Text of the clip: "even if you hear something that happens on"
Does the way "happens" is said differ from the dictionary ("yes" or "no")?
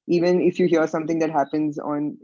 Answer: no